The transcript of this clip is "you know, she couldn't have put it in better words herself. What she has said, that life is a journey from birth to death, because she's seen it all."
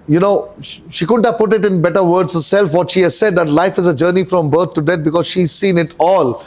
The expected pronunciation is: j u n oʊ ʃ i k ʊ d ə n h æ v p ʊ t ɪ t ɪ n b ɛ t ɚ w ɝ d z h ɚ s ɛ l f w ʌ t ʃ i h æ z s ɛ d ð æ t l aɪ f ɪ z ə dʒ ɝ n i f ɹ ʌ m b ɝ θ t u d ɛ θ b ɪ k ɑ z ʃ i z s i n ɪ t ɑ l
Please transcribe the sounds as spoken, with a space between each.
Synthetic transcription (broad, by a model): j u n oʊ ʃ i k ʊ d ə n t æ p ʊ t ɪ t ɪ n b ɛ t ɚ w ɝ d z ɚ s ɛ l f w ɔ t ʃ i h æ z s ɛ d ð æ t l aɪ f ɪ z ə dʒ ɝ n i f ɹ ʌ m b ɝ t t u d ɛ t b ɪ k ɑ z ʃ i z s i n ɪ t ɑ l